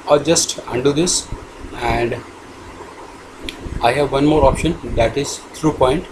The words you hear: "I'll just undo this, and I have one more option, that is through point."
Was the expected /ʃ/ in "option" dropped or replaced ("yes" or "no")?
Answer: no